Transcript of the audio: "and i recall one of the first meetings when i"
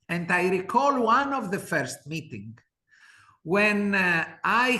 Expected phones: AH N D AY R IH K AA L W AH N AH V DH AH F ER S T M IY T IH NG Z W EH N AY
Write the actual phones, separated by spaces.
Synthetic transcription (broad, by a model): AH N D AY R IH K AA L W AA N AH V DH AH F ER S T M IY T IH NG W EH N AY